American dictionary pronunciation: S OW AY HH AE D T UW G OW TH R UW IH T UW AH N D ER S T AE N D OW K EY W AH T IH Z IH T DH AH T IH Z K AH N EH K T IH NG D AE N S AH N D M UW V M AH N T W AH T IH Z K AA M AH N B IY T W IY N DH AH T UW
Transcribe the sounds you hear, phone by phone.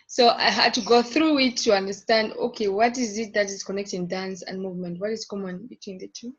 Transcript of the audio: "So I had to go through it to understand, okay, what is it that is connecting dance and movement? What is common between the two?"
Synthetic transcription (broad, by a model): S OW AY HH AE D T UW G OW TH R UW IH T UW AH N D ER S T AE N D OW K EY W AH T IH Z IH T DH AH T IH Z K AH N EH K T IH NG D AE N S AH N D M UW V M AH N T W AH T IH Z K AA M AH N B IY T W IY N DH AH T UW